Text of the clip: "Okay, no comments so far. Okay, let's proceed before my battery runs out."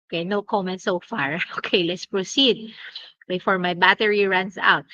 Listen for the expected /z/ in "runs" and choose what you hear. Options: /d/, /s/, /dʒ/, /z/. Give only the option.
/s/